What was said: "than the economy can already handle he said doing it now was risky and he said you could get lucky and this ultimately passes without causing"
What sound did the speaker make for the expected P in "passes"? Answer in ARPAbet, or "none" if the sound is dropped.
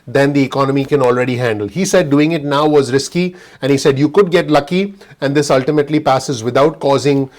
P